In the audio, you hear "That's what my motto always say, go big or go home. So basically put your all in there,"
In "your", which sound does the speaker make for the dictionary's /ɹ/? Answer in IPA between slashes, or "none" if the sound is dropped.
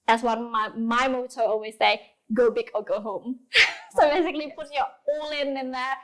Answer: /l/